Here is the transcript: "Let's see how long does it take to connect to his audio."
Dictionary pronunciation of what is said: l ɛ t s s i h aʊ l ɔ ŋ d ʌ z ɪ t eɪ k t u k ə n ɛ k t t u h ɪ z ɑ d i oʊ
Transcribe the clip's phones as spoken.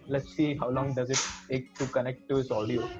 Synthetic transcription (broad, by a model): l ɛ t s s i h aʊ l ɔ ŋ d ʌ z ɪ t eɪ k t u k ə n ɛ k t t u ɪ s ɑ d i oʊ